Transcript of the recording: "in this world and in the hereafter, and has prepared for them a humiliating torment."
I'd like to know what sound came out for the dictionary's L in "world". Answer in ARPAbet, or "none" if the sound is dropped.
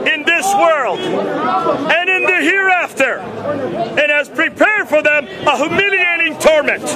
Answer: L